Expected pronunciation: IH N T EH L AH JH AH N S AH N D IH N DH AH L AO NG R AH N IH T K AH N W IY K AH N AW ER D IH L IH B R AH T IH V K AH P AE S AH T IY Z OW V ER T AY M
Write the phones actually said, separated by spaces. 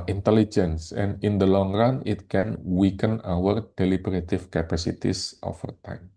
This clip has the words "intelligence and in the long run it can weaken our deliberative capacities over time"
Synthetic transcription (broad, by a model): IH N T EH L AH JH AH N S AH N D IH N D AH L AO NG R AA N IH T K AH N W IY K AH N AW ER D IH L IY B R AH T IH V K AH P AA S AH T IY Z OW F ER T AY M